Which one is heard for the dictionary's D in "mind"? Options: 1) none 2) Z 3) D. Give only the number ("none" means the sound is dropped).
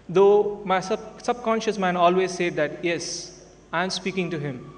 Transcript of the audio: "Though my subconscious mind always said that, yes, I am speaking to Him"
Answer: 1